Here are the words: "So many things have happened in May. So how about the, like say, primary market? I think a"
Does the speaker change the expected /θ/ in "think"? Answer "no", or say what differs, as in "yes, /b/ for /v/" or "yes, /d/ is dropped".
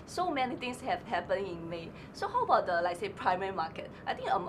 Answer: yes, /t/ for /θ/